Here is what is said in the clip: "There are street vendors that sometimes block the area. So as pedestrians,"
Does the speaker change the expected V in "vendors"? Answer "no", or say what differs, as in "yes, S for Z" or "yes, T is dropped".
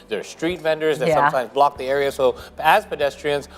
no